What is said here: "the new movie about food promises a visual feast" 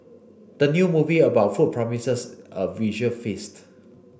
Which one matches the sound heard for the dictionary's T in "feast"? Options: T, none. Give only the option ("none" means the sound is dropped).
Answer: T